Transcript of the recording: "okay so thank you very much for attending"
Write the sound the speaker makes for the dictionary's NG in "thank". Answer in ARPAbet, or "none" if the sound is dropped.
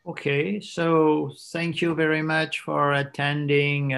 NG